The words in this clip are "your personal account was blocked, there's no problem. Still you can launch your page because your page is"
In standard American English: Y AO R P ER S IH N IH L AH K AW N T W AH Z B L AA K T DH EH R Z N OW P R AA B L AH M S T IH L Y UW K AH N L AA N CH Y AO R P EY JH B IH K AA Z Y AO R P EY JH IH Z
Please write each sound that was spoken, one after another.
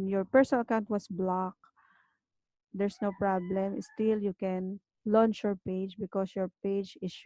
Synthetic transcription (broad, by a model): Y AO R P ER S IH N IH L AH K AW N T W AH S B L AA K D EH R S N OW P R AA B L AH M S T IH L Y UW K AH N L AA N CH Y AO R P EY JH B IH K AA S Y AO R P EY JH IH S